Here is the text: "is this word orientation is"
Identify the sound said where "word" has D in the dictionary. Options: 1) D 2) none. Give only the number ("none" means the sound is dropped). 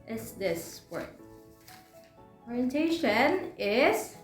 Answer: 2